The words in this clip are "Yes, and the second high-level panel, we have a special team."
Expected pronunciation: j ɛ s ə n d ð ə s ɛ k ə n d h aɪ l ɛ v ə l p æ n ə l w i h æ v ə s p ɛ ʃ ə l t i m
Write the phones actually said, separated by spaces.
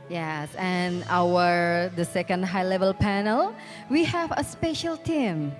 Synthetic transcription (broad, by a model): j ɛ s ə n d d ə s ɛ k ə n d h aɪ l ɛ v ə l p æ n ə l w i h æ v ə s p ɛ ʃ ə l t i m